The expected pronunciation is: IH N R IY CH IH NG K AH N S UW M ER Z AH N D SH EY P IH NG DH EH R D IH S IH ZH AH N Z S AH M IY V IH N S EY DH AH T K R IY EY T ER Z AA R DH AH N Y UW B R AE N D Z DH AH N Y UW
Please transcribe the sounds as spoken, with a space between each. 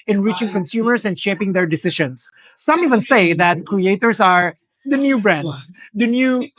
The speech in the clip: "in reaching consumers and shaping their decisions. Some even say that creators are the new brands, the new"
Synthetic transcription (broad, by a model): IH N R IY CH IH NG K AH N S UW M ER S AH N D SH EY P IH NG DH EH R D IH S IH SH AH N S AH M IY V IH N S EY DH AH T K R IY EY T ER S AA R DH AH N Y UW B R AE N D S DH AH N Y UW